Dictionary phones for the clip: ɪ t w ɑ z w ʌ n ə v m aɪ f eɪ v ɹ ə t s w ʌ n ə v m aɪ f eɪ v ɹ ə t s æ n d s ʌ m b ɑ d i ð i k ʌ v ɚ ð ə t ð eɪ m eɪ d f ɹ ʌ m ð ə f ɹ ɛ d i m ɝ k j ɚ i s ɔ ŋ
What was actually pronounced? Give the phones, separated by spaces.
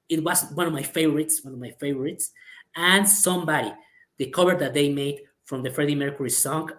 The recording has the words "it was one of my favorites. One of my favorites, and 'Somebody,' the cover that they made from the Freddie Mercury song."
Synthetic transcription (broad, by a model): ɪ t w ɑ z w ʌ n ə v m aɪ f eɪ v ɹ ə t s w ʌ n ə v m aɪ f eɪ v ɹ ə t s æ n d s ʌ m b ɑ d i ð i k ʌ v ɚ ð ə t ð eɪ m eɪ d f ɹ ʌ m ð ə f ɹ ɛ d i m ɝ k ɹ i s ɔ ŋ